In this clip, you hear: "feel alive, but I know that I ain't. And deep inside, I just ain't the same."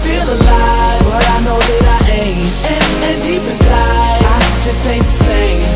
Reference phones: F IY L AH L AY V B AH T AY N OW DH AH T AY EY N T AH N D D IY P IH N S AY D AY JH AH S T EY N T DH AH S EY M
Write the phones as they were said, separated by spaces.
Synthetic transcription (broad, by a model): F IY L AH L AY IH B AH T AY N OW DH AH T AY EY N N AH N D D IY P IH S AY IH AY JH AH S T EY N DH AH S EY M